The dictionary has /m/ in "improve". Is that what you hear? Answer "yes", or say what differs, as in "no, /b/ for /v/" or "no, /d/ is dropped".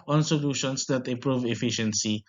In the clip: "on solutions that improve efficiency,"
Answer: no, /m/ is dropped